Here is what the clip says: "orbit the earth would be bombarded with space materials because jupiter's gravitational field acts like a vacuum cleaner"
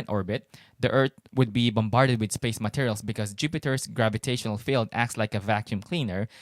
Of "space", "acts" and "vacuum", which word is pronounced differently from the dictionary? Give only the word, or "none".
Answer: none